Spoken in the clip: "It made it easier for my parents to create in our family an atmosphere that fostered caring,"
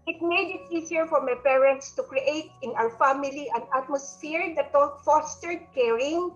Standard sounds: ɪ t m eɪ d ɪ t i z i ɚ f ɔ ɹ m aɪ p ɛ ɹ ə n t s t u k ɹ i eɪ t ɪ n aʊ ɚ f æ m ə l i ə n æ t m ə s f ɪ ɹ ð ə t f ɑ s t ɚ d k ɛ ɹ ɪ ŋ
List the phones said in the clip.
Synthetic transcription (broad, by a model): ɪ t m eɪ d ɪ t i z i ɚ f ɔ ɹ m aɪ p ɛ ɹ ə n t s t u k ɹ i eɪ t ɪ n aʊ ɚ f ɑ m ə l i ə n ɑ t m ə s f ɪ ɹ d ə t f ɑ s t ɚ d k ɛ ɹ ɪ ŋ